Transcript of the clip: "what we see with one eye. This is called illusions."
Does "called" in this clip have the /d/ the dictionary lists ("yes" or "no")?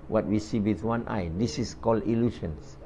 no